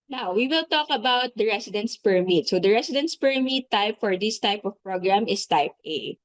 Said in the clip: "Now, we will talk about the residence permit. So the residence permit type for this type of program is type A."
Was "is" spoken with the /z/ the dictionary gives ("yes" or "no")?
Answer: no